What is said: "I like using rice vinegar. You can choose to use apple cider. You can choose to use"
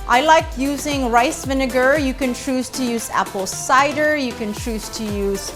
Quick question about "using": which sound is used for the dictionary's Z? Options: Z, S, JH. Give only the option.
Z